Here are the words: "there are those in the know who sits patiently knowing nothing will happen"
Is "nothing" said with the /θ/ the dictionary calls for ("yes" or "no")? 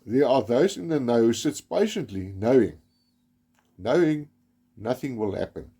yes